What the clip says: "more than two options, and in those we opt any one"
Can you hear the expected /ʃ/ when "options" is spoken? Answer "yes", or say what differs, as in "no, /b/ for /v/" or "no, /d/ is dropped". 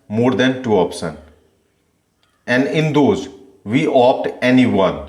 no, /s/ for /ʃ/